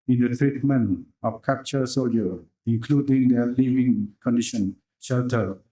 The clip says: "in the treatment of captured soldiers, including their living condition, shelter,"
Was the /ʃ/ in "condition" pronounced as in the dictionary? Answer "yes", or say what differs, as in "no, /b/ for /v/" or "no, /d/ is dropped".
yes